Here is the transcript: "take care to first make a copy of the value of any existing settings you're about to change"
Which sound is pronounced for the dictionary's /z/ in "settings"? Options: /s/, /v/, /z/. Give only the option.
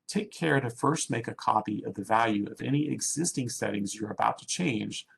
/z/